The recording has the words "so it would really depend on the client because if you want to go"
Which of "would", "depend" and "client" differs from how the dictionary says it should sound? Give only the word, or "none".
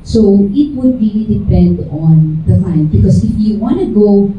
client